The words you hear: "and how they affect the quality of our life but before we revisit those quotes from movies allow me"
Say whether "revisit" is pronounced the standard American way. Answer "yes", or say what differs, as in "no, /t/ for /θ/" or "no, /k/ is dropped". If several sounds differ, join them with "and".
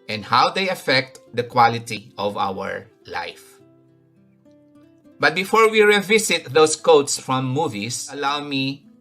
no, /s/ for /z/